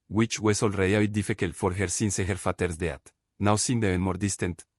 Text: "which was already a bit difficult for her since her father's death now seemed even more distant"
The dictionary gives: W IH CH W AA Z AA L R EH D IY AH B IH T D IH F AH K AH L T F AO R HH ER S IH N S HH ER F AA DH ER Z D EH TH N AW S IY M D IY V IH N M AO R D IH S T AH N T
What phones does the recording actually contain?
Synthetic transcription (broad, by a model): W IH CH W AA S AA L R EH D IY AH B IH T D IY F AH K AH L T F AO R HH ER S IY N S HH ER F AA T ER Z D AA T N AW S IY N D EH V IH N M AO R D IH S T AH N T